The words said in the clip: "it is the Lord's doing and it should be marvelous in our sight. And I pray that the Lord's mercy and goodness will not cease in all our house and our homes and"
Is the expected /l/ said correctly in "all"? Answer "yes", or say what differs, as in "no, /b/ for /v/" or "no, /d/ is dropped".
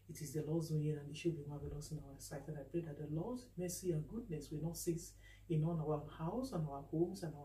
no, /n/ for /l/